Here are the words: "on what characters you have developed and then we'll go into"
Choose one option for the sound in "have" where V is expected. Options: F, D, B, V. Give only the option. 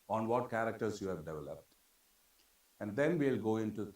V